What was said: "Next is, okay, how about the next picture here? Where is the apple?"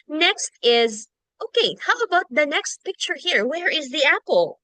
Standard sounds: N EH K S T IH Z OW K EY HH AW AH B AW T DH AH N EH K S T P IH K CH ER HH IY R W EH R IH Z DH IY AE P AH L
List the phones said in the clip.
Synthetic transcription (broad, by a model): N EH K S T IH Z OW K EY HH AW AH B AW T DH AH N EH K S T P IH K CH ER HH IY R W EH R IH Z DH IY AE P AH L